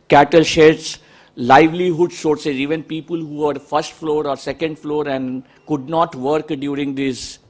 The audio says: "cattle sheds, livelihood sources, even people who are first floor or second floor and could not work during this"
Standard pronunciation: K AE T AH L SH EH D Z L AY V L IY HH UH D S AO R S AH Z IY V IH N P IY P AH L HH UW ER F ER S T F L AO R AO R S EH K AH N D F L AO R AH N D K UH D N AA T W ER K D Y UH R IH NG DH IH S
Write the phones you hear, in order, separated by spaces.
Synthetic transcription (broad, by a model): K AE T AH L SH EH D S L AY V L IY HH UH D S AO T S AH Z IY V IH N P IY P AH L HH UW ER F ER S T F L AO R AO R S EH K AH N D F L AO R AH N D K UH D N AA T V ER K D Y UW R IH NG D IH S